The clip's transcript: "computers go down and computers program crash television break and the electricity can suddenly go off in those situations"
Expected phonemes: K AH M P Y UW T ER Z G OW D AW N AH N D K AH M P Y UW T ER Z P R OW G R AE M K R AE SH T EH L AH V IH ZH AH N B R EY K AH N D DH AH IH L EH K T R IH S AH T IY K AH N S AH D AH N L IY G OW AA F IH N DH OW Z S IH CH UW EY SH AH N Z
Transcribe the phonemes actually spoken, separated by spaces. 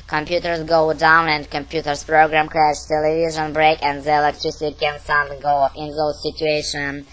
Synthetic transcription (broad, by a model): K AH M P Y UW T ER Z G OW D AW N AH N D K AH M P Y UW T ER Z P R OW G R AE M K R AE SH T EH L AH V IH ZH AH N B R EY K AH N D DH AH IH L EH K T R IH S AH T IY K AH N S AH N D G OW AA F IH N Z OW S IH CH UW EY SH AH N